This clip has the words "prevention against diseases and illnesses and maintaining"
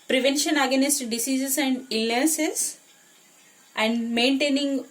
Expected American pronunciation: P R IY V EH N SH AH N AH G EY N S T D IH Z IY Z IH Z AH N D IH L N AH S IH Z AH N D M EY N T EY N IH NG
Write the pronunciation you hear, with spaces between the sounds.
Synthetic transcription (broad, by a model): P R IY V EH N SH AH N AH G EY N S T D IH S IY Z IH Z AH N D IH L AH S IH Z AH N D M EY N T EY N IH NG